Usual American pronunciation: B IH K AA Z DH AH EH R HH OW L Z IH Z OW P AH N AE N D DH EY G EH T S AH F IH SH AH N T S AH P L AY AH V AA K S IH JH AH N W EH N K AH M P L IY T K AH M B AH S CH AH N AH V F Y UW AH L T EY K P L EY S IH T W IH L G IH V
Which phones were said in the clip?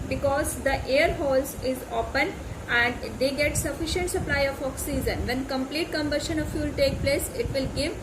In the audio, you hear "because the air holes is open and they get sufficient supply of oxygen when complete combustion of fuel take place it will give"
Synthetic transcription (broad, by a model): B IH K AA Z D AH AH R HH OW L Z IH Z OW P AH N AE N D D EY G EH T S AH F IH SH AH N T S AH P L AY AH F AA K S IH Z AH N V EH N K AH M P L IY T K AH M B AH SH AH N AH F Y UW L T EY K P L EY S IH T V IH L G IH V